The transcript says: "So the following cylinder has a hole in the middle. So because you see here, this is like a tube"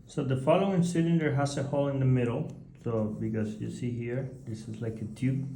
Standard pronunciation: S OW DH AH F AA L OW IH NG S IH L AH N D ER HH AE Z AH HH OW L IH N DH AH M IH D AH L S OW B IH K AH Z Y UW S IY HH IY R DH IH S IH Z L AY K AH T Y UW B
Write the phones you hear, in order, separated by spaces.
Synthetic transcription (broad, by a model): S OW DH AH F AA L OW IH NG S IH N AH D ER HH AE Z AH HH OW L IH N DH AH M IH D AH L S OW B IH K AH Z Y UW S IY HH IY R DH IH S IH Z L AY K AH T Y UW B